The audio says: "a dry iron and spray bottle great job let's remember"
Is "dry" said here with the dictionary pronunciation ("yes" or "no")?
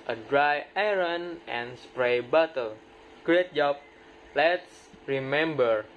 yes